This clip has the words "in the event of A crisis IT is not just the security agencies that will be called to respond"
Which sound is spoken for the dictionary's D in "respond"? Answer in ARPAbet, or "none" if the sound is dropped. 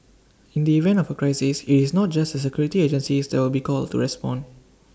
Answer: none